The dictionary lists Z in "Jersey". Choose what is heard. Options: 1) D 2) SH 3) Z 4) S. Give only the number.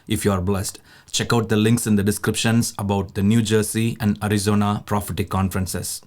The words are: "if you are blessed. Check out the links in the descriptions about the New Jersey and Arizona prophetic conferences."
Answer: 4